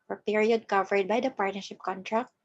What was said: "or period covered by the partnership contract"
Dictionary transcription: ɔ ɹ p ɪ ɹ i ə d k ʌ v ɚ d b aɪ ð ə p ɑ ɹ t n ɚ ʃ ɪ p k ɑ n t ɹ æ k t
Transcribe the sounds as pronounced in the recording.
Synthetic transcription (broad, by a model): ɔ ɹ p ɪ ɹ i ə d k ʌ v ɚ d b aɪ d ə p ɑ ɹ t n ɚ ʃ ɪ p k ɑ n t ɹ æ k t